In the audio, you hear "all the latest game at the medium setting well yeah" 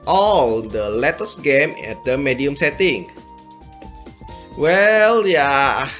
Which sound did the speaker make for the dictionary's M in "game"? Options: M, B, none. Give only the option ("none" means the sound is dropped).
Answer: M